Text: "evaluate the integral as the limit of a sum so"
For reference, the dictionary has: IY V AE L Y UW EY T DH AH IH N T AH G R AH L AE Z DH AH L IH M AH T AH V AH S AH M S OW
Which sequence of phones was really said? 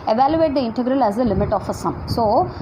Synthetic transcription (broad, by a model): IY V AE L Y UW EY T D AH IH N T AH G R AH L AE Z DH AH L IH M AH T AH F AH S AH M S OW